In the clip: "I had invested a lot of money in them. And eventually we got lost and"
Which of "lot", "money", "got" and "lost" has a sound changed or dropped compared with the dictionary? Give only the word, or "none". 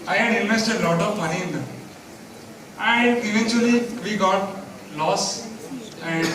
lost